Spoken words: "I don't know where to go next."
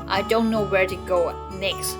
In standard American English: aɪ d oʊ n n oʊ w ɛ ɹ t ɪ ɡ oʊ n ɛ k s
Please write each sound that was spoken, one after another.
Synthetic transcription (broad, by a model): aɪ d oʊ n n oʊ w ɛ ɹ t ɪ ɡ oʊ n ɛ k s